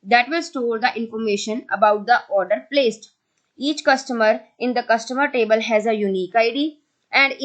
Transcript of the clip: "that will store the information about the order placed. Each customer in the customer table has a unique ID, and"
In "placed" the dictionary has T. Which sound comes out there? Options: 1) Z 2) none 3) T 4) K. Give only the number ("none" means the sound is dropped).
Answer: 3